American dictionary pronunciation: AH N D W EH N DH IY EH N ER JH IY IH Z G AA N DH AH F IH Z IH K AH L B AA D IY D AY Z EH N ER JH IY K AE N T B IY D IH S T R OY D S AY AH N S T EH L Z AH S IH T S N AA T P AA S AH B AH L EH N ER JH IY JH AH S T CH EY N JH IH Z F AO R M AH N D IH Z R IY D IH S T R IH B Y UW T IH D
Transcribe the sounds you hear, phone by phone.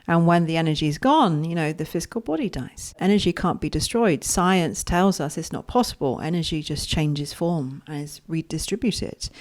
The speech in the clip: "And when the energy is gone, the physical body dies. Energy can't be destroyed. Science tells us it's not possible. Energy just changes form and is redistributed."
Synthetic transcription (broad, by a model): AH N W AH N DH IY EH N ER JH IY IH Z G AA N DH AH F IH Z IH K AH L B AA D IY D AY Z EH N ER JH IY K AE N B IY D IH S T R OY D S AY AH N S T EH L Z AH S IH T S N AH T P AA S AH B AH L EH N ER JH IY JH AH S CH EY N JH IH Z F AO R M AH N IH Z R IY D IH S T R IH B Y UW T IH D